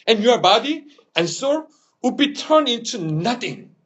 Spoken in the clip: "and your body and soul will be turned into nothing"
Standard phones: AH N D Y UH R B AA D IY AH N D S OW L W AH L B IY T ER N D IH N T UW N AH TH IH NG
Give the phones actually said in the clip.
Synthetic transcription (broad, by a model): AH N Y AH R B AA D IY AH N S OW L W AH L B IY T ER N IH N T UW N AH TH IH NG